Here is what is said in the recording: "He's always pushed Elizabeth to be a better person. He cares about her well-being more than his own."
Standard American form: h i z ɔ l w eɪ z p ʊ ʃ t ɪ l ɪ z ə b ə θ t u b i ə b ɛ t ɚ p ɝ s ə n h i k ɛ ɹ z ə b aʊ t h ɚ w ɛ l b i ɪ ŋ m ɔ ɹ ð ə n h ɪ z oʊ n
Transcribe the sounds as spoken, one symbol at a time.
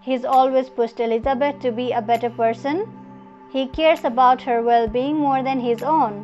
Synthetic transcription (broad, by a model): h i z ɔ l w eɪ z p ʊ s t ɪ l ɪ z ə b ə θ t u b i ə b ɛ t ɚ p ɝ s ə n h i k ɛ ɹ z ə b aʊ t h ɚ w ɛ l b i ɪ ŋ m ɔ ɹ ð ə n h ɪ z oʊ n